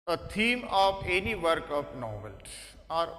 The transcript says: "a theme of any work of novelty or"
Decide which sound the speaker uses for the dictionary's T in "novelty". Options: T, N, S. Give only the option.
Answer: S